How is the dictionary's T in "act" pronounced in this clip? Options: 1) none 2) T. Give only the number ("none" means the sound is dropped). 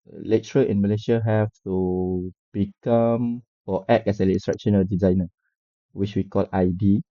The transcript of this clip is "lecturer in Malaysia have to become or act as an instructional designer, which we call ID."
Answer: 1